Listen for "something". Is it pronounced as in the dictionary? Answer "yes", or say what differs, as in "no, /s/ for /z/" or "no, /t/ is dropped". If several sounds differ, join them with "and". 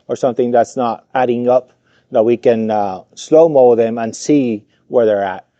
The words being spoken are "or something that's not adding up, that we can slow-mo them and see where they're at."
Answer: yes